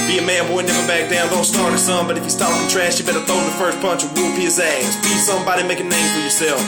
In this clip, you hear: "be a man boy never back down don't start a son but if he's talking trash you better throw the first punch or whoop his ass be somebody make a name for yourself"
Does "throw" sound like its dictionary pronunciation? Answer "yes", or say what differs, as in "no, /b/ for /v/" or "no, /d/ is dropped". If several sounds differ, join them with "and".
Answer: no, /ɹ/ is dropped